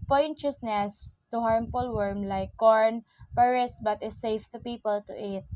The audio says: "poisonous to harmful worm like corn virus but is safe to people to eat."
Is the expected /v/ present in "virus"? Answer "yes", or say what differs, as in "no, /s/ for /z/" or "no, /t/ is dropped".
no, /p/ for /v/